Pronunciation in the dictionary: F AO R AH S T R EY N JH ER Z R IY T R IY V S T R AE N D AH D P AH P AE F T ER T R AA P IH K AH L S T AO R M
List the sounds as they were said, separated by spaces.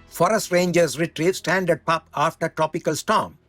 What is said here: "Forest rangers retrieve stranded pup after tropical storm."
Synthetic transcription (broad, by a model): F AO R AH S T R EY N JH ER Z R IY T R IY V S T AE N D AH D P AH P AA F T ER T R AA P IH K AH L S T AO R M